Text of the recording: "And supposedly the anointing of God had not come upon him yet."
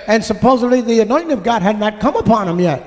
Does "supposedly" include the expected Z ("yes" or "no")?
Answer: yes